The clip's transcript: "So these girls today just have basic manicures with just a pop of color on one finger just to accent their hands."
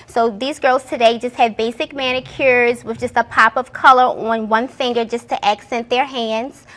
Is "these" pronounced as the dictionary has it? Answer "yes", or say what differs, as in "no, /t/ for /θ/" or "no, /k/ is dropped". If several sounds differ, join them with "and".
yes